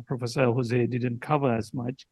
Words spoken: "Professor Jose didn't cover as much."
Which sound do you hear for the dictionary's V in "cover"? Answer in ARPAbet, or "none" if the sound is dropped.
V